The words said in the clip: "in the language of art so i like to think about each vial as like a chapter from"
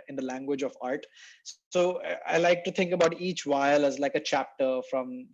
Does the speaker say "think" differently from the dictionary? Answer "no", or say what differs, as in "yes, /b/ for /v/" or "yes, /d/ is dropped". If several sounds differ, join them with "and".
yes, /t/ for /θ/